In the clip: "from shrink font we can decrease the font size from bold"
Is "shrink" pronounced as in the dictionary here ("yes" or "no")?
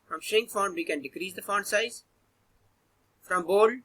no